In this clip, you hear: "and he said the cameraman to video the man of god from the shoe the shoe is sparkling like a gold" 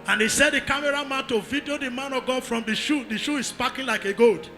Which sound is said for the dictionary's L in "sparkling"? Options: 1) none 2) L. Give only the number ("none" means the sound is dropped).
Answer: 1